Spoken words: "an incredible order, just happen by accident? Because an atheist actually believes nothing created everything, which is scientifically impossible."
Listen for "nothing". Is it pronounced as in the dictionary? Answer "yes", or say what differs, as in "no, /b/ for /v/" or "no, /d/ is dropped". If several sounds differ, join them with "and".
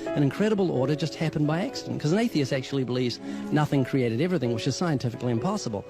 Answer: yes